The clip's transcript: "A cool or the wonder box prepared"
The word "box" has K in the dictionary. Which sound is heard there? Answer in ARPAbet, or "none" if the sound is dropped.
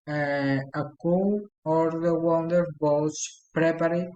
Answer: none